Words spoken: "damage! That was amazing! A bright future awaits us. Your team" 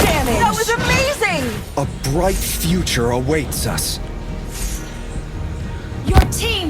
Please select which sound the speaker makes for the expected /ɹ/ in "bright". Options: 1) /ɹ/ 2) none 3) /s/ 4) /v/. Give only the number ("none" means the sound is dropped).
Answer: 1